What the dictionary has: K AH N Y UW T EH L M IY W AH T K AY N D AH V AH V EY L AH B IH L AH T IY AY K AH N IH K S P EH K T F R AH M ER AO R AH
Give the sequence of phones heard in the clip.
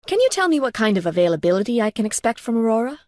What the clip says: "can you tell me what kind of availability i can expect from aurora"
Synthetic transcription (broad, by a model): K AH N Y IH T EH L M IY W AH T K AY N D AH V AH V EY L AH B IH L AH T IY AY K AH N IH K S P EH K T F R AH M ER AO R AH